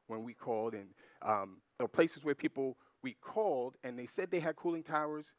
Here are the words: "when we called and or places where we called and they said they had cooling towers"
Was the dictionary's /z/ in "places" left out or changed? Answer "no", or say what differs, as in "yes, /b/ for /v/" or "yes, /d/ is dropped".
no